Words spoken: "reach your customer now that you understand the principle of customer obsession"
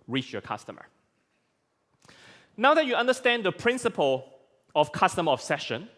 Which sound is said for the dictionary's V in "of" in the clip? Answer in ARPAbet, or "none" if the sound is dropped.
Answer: F